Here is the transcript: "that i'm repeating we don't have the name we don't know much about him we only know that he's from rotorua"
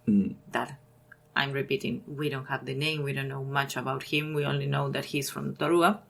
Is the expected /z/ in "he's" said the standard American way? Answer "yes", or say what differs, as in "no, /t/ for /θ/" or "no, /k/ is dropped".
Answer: no, /s/ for /z/